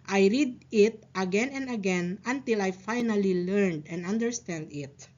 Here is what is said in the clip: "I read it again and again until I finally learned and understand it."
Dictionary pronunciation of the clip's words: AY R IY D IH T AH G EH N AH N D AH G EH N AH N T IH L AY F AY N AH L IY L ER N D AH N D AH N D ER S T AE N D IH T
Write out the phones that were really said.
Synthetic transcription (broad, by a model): AY R IY D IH T AH G EH N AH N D AH G EH N AH N T IH L AY F AY N AH L IY L ER N D AH N D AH N D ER S T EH N D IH T